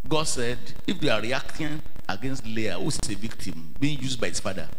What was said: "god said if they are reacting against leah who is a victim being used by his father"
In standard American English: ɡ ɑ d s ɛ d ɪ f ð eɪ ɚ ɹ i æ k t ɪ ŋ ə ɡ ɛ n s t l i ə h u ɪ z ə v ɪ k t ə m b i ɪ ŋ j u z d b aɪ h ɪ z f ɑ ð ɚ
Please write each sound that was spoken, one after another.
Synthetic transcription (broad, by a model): ɡ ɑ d s ɛ d ɪ f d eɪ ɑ ɹ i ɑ k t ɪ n ə ɡ ɛ n s t l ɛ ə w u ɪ s ə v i k t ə m b i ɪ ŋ j u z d b aɪ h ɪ s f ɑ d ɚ